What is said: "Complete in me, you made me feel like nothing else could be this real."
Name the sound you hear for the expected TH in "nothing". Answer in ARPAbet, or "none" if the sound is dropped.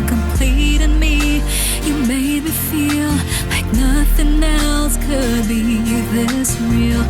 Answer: TH